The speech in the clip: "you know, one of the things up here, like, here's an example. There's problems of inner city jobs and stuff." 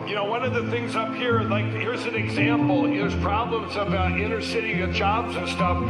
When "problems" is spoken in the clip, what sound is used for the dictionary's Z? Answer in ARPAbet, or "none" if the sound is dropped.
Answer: Z